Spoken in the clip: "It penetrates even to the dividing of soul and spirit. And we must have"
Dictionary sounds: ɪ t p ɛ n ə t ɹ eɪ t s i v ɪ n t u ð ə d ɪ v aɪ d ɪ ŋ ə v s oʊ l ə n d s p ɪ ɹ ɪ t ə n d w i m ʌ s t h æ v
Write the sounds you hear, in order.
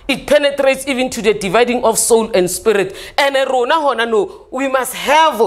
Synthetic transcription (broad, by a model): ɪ t p ɛ n ə t ɹ eɪ t s i v ɪ n t u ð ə d ɪ v aɪ d ɪ ŋ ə f s oʊ l ə n d s p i ɹ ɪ t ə n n w i m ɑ s t h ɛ v